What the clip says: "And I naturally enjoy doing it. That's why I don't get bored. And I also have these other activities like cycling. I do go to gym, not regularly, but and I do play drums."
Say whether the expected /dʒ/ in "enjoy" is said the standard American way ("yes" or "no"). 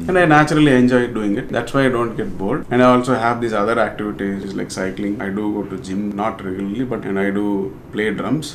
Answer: yes